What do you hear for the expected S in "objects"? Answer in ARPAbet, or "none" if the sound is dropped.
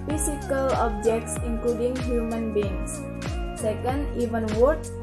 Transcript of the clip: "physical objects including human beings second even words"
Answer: S